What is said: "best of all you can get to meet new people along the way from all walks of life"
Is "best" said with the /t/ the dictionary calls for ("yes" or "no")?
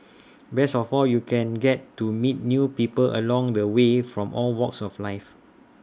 no